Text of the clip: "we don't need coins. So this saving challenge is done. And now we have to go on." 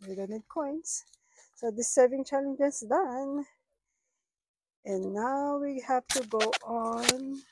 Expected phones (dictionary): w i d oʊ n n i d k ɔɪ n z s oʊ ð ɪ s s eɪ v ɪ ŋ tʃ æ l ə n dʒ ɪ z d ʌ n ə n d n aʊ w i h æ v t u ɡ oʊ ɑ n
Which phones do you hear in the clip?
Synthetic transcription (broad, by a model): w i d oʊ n n i d k ɔɪ n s s oʊ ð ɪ s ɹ v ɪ ŋ tʃ æ l ə n dʒ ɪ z d ʌ n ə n n aʊ w i h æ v t u ɡ oʊ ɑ n